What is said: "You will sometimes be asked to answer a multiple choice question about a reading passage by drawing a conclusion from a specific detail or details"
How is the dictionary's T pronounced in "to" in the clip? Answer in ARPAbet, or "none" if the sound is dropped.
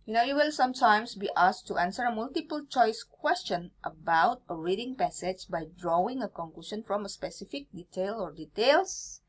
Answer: T